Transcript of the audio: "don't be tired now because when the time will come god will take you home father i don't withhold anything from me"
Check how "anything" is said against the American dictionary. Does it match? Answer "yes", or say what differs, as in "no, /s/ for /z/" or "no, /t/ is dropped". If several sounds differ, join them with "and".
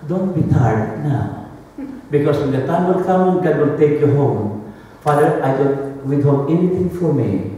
no, /t/ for /θ/